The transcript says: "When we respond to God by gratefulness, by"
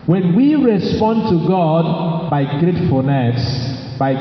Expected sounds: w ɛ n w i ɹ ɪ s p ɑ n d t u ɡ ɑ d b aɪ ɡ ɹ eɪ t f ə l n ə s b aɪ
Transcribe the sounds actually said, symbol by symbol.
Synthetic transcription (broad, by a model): w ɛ n w i ɹ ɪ s p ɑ n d t u ɡ ɑ d b aɪ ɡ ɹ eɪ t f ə n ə s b aɪ